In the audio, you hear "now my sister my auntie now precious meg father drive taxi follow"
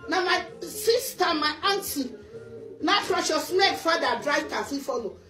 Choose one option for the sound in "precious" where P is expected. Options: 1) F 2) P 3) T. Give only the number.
1